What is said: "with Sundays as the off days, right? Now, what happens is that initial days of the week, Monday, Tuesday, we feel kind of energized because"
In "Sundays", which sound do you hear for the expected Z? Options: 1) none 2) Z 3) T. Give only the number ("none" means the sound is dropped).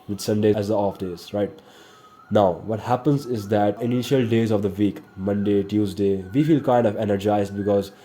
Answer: 1